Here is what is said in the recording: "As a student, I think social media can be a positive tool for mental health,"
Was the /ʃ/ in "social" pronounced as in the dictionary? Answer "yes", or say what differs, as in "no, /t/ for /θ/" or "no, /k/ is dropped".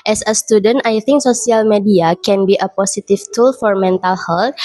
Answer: no, /s/ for /ʃ/